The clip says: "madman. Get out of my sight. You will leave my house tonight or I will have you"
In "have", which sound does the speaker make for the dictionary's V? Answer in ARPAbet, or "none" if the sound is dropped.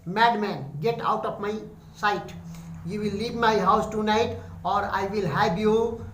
B